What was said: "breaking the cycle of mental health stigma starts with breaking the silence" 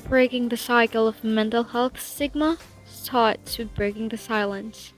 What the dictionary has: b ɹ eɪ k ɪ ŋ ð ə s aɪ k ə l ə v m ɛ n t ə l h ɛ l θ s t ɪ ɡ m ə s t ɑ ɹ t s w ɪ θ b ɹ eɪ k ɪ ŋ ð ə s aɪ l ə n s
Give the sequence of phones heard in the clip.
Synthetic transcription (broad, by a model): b ɹ eɪ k ɪ ŋ ð ə s aɪ k l ə v m ɛ n t l h ɛ l θ s ɪ ɡ m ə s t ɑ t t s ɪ b ɹ eɪ k ɪ ŋ ð ə s aɪ l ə n s